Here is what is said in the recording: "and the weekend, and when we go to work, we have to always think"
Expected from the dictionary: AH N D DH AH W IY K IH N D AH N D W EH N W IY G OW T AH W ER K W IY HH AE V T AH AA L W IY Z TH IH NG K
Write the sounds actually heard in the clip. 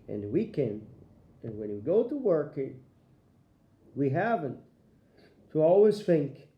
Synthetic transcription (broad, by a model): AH N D W IY K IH N AH N W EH N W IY G OW T AH W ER K W IY HH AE V T AH AA L W IY Z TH IH NG K